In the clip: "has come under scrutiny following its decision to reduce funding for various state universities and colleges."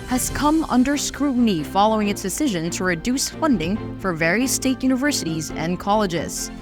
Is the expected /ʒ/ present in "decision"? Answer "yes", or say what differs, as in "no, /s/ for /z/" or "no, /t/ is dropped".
yes